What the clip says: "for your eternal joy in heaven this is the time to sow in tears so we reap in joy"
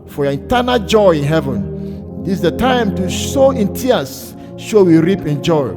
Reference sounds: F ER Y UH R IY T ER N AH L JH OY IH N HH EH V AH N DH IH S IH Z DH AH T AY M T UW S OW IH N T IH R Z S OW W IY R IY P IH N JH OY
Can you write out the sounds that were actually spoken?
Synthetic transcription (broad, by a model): F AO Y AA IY T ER N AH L JH OY IH N HH EH V AH N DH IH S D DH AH T AY M T UW SH OW IH N T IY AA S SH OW W IY R IY P IH N JH OY